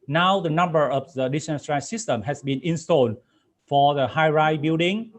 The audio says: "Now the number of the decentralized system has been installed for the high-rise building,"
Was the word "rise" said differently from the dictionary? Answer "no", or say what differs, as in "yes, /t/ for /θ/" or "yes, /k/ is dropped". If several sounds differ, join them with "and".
yes, /z/ is dropped